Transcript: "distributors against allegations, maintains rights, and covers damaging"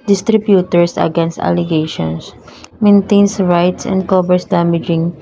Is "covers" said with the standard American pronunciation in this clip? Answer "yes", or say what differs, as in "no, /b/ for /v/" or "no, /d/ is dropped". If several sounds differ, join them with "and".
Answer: no, /b/ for /v/ and /s/ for /z/